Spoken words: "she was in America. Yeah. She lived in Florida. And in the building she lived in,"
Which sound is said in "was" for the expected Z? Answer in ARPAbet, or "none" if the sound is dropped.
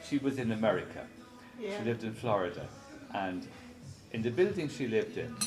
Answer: Z